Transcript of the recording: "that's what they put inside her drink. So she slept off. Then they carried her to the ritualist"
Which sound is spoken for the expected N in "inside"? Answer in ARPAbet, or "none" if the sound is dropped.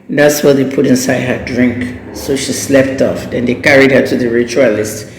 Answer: N